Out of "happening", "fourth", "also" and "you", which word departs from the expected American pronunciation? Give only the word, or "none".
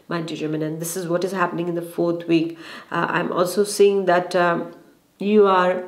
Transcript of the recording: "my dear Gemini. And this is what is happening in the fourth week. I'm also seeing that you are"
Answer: fourth